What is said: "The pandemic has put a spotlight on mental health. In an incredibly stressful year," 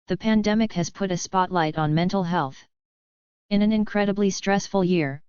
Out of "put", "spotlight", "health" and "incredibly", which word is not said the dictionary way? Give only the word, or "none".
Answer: none